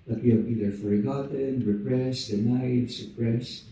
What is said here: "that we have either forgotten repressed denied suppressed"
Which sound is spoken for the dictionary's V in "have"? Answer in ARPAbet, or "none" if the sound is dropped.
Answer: B